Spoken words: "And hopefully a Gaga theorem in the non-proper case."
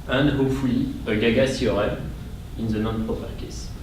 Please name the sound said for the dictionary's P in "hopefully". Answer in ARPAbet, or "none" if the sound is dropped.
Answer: none